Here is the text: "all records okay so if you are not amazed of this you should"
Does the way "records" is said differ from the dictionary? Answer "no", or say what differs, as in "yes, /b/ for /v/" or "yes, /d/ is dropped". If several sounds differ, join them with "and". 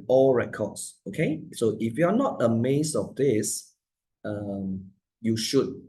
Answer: yes, /s/ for /z/